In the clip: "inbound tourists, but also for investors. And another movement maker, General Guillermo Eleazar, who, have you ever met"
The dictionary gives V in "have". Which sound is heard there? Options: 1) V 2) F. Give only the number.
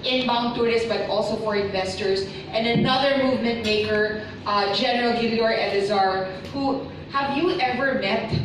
1